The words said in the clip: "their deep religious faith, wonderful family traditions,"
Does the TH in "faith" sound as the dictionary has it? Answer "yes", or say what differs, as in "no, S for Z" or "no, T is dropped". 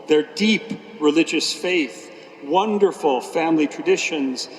yes